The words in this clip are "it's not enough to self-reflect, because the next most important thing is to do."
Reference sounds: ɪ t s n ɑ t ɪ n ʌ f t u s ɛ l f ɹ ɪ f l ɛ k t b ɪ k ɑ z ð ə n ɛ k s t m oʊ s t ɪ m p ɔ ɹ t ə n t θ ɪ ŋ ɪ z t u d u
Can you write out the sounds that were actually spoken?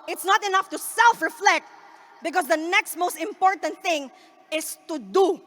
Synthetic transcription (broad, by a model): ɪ t s n ɑ t ɪ n ʌ f t u s ɛ l f ɹ ɪ f l ɛ k t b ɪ k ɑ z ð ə n ɛ k s t m oʊ s t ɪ m p ɔ ɹ t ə n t θ ɪ ŋ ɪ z t u d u